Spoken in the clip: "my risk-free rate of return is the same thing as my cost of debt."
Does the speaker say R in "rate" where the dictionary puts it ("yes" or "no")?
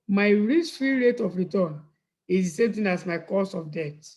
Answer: yes